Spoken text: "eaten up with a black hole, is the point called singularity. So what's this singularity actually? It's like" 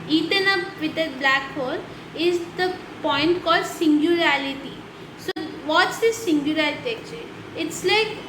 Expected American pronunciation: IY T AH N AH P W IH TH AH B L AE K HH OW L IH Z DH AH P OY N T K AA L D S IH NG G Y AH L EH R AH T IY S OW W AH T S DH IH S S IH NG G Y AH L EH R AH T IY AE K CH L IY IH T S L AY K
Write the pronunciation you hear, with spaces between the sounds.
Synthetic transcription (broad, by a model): IY T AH N AH P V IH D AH B L AE K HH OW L IH Z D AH P OY N T K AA L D S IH NG G Y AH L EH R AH T IY S OW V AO T S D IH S S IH NG G Y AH L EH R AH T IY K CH IY IH T S L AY K